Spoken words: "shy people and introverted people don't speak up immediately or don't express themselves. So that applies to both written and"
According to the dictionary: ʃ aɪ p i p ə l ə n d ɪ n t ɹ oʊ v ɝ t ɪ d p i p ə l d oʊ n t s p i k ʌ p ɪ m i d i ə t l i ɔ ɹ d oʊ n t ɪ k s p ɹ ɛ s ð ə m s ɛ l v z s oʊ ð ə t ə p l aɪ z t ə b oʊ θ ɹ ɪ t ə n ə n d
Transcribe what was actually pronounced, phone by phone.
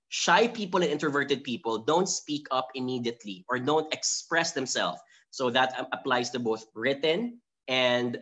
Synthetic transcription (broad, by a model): ʃ aɪ p i p ə l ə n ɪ n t ɹ v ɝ t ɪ d p i p ə l d oʊ n t s p i k ʌ p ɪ m i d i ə t l i ɔ ɹ d oʊ n t ɪ k s p ɹ ɛ s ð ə m s ɛ l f s oʊ ð ə t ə p l aɪ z t ə b oʊ θ ɹ ɪ t ə n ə n d